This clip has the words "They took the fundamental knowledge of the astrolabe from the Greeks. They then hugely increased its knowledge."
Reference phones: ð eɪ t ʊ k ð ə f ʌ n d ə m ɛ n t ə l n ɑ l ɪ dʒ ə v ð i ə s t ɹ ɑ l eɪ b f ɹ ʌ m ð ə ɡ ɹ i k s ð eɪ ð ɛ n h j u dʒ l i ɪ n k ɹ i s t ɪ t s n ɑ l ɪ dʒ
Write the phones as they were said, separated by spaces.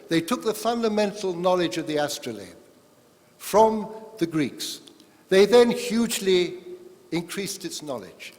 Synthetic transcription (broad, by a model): ð eɪ t ʊ k ð ə f ʌ n d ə m ɛ n t l n ɑ l ɪ dʒ ə v ð i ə s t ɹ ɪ l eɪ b f ɹ ʌ m ð ə ɡ ɹ i k s ð eɪ ð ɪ n h j u dʒ l i ɪ n k ɹ i s t ɪ t s n ɑ l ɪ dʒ